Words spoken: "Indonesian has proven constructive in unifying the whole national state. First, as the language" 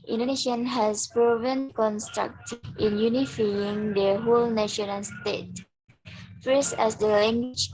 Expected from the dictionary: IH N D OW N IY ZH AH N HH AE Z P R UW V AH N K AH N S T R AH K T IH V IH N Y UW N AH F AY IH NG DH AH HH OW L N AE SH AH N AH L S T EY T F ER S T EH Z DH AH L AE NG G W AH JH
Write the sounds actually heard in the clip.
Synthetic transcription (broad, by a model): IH N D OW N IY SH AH N HH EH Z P R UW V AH N K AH N S T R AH K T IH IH N Y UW N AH F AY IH NG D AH HH OW L N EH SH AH N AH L S T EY T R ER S EH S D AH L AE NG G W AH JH